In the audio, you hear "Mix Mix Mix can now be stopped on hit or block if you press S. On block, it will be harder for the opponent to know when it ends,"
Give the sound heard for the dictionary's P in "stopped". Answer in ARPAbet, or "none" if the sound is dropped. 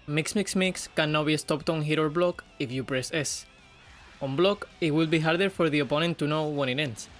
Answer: P